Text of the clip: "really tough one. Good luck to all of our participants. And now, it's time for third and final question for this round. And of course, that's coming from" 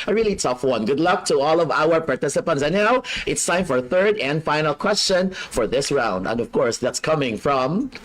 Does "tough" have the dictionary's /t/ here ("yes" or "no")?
yes